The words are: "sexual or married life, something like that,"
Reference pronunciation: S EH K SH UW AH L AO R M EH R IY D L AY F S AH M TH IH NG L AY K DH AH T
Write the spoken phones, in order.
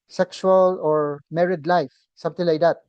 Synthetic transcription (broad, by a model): S EH K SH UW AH L AO R M EH R IY D L AY F S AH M T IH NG L AY K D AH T